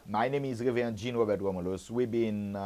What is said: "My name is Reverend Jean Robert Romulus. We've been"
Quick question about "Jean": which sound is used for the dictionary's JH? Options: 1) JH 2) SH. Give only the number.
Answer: 1